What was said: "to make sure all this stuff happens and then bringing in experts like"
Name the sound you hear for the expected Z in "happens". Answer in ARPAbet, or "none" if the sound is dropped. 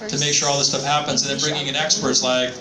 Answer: Z